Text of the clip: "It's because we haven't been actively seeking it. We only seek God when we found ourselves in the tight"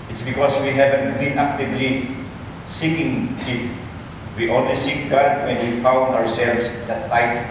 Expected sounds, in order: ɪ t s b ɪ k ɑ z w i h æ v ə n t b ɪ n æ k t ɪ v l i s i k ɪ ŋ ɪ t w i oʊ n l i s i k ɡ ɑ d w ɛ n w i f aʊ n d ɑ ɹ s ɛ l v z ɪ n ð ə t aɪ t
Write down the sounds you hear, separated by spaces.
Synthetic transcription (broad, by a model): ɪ t s b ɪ k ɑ s w i h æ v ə n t b ɪ n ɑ k t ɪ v l i s i k ɪ ŋ ɪ t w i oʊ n w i s i k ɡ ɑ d w ɛ n w i f aʊ n d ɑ ɹ s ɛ l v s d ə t aɪ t